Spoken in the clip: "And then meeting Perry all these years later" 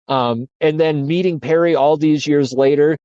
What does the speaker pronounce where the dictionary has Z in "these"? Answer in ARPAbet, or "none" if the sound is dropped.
Z